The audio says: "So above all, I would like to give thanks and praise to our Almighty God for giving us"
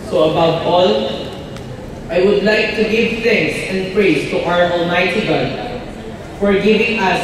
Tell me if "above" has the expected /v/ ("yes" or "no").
no